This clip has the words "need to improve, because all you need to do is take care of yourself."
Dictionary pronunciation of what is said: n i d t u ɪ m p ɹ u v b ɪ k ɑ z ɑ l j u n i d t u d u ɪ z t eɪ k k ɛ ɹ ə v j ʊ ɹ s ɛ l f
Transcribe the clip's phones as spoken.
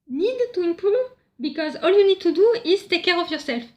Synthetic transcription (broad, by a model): n i d t u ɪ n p u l b ɪ k ɑ z ɑ l j u n i d t u d u ɪ z t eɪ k k ɛ ɹ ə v j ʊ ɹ s ɛ l f